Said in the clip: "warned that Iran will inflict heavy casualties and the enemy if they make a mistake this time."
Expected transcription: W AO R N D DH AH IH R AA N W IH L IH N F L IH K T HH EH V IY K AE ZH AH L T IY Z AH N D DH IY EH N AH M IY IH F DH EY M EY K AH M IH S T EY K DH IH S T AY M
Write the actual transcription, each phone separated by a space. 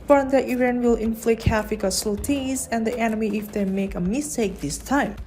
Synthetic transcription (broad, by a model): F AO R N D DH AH IH R AA N W IH L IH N F L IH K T HH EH F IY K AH S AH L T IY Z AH N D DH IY EH N AH M IY IH F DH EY M EY K AH M IH S T EY K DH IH S T AY M